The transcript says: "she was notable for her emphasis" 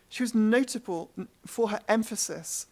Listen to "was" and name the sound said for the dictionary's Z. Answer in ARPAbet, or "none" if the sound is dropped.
Z